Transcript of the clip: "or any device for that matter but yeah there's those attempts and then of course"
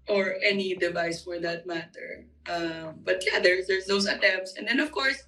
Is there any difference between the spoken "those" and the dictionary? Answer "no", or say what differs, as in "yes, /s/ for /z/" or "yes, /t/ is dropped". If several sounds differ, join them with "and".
yes, /s/ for /z/